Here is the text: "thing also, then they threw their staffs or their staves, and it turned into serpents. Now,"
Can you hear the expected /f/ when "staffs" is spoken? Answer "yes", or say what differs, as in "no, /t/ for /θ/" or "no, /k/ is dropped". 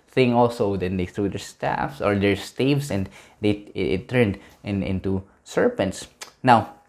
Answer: yes